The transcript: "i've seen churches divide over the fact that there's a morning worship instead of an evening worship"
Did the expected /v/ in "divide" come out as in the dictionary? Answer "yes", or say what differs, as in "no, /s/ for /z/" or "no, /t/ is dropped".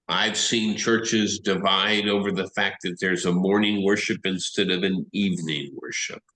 yes